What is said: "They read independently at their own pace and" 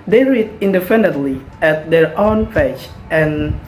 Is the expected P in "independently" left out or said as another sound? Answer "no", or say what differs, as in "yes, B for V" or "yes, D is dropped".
yes, F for P